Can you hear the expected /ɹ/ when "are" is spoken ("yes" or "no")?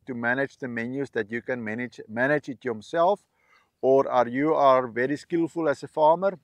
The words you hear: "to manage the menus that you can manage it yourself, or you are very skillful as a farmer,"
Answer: yes